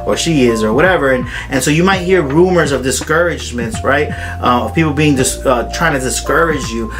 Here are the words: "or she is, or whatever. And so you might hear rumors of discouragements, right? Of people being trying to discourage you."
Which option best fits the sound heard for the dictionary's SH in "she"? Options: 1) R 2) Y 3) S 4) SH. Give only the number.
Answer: 4